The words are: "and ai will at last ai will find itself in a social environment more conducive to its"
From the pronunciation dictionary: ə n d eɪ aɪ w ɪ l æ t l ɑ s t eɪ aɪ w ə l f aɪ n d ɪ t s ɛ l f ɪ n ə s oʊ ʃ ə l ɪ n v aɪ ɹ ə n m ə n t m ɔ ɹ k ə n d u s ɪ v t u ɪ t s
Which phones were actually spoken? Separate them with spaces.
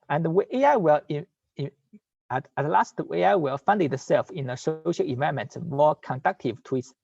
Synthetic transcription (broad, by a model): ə n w eɪ aɪ w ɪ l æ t l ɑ s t eɪ aɪ w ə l f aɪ n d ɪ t s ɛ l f ɪ n ə s oʊ ʃ ə l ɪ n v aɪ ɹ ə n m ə n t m ɔ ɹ k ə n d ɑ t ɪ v t u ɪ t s